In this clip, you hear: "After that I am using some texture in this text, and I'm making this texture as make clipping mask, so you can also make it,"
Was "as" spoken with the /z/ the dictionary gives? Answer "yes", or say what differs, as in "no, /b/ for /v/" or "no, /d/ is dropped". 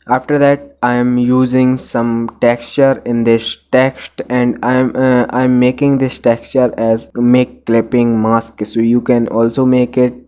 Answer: yes